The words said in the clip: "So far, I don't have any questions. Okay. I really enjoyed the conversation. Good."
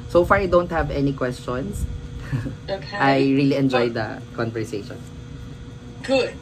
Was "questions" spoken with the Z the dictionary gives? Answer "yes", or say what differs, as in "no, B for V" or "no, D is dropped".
no, S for Z